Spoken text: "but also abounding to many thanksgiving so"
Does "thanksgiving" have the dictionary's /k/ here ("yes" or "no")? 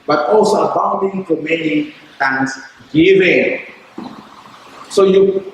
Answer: no